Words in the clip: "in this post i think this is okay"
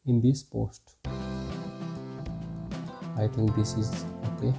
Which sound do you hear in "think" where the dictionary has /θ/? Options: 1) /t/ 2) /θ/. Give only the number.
1